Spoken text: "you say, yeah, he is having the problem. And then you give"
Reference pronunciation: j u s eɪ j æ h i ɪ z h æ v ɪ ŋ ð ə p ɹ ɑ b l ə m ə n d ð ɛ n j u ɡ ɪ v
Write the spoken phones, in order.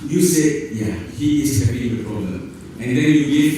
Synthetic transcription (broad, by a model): j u s eɪ j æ h i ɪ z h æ p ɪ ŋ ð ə p ɹ ɑ b l ə m ə n d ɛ n j u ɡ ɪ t